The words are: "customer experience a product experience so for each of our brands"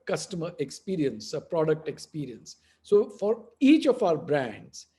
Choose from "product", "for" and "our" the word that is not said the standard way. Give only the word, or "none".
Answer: none